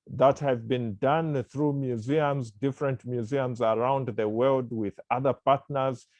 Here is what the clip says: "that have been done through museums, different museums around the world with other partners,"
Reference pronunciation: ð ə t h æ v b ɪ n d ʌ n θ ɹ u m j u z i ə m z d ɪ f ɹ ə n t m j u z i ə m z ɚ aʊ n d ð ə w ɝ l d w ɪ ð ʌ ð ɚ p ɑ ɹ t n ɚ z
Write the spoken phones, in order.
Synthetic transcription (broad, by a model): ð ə t h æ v b ɪ n d ʌ n θ ɹ u m j u z i ə m z d ɪ f ɹ ə n t m j u z i ə m z ɚ aʊ n d ð ə w ɝ l d w ɪ ð ʌ ð ɚ p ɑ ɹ t n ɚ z